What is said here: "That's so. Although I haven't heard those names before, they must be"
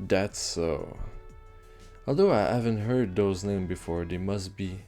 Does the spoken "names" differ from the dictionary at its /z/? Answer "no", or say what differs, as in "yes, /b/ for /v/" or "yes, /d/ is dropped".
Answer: yes, /z/ is dropped